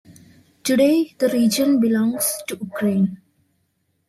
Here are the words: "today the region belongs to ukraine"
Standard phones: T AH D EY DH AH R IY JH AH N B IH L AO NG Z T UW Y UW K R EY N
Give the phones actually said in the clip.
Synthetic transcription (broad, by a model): T AH D EY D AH R IY JH AH N B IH L AO NG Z T UW Y UW K R EY N